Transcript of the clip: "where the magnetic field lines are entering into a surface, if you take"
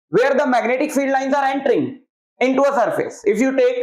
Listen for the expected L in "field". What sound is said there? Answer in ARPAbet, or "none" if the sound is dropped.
L